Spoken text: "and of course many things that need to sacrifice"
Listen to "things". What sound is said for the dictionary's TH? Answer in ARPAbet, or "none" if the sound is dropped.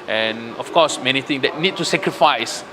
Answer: T